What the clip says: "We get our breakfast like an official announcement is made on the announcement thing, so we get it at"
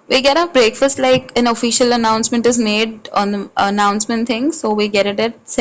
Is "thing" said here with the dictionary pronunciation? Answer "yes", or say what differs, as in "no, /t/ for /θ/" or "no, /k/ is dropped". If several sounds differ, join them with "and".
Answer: no, /t/ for /θ/